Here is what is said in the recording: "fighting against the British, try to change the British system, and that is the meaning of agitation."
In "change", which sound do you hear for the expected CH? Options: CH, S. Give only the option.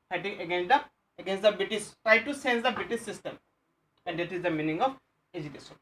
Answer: S